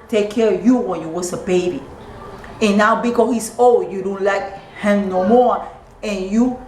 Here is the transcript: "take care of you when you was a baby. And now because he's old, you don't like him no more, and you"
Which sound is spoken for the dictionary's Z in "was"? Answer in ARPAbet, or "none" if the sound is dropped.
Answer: S